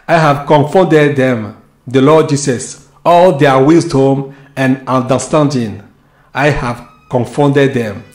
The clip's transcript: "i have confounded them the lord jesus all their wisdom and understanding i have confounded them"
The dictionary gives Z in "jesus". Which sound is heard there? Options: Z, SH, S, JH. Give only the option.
S